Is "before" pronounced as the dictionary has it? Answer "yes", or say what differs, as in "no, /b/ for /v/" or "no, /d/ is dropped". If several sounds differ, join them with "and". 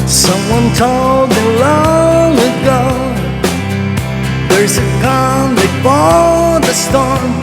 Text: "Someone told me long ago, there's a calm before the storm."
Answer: no, /l/ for /ɹ/